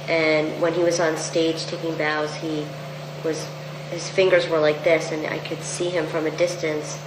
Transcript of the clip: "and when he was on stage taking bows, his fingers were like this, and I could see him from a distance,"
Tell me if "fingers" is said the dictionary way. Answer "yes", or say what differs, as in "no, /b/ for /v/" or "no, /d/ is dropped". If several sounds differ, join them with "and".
yes